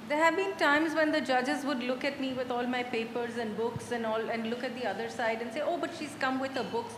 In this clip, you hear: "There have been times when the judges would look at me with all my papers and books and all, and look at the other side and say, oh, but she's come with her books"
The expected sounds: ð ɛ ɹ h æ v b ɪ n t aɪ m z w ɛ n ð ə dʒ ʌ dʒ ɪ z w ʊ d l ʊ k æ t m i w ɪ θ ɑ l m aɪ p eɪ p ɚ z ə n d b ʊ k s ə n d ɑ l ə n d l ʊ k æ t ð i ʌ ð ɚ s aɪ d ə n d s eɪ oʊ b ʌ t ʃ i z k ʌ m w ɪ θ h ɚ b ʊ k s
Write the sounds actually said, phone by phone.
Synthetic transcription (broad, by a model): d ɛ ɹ h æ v b ɪ n t aɪ m z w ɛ n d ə dʒ ʌ dʒ ɪ z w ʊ d l ʊ k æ t m i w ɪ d ɑ l m aɪ p eɪ p ɚ z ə n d b ʊ k s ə n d ɑ l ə n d l ʊ k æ t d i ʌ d ɚ s aɪ d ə n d s eɪ oʊ b ʌ t ʃ i z k ʌ m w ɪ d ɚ b ʊ k s